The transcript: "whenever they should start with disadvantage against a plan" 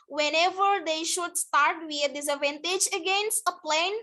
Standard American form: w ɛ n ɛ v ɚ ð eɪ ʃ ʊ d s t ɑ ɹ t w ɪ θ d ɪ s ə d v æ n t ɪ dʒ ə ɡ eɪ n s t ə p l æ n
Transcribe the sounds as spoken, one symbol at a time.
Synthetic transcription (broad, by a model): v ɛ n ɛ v ɚ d eɪ ʃ ʊ d s t ɑ ɹ t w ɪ d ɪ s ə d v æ n t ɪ dʒ ə ɡ eɪ n s t ə p l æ n